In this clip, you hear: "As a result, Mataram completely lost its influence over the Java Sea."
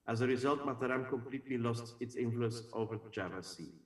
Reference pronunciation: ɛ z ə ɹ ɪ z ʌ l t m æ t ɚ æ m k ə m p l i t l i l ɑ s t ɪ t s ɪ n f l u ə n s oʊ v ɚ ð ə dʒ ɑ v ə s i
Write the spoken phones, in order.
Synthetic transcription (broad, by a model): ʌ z ə ɹ ɪ z ʌ l t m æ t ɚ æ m k ə m p l i t l i l ɑ s t ɪ t s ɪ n f l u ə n s oʊ v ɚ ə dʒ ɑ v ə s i